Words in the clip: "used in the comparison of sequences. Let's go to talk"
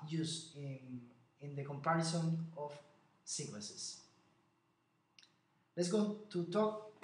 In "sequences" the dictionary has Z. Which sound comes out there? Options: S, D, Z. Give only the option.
S